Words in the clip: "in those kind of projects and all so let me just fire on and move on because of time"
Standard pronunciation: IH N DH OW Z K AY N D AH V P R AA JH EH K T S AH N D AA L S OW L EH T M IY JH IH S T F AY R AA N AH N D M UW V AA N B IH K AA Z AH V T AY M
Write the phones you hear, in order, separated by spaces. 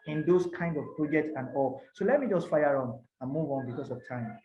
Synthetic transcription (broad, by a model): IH N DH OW S K AY N D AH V P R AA JH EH K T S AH N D AA L S OW L EH T M IY JH IH S T F AY R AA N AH N M UW V AA N B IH K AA S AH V T AY M